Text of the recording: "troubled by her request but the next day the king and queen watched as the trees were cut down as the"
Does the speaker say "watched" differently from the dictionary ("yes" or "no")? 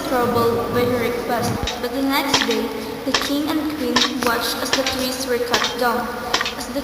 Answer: no